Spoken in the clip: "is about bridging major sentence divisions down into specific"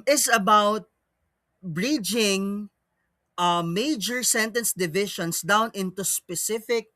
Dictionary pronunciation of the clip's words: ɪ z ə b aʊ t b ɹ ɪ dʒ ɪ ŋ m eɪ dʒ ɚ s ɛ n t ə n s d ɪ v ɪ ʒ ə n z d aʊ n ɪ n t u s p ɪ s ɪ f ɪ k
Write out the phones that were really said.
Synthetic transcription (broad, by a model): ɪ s ə b aʊ t b ɹ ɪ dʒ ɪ ŋ m eɪ dʒ ɚ s ɛ n t ə n s d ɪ v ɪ ʃ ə n s d aʊ n ɪ n t u s p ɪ s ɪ f ɪ k